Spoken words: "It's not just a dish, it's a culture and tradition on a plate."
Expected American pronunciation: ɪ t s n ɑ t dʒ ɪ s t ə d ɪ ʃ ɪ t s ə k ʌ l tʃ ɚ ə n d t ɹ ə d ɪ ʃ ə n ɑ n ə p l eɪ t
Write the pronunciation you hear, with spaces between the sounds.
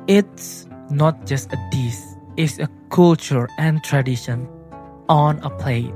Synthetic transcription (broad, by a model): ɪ t s n ɑ t dʒ ɪ s t ə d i s ɪ t s ə k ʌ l tʃ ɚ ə n t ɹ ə d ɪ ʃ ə n ɑ n ə p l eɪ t